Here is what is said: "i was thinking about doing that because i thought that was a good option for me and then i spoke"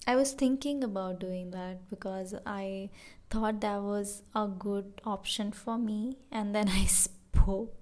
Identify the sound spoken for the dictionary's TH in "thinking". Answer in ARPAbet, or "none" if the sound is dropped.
T